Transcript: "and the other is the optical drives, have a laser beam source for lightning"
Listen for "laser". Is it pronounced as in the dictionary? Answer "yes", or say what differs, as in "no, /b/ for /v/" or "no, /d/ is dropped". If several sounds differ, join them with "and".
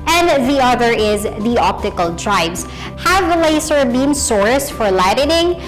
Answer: no, /s/ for /z/